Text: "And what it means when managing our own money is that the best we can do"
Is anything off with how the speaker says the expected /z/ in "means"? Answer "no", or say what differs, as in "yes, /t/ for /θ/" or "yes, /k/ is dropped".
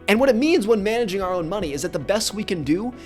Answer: no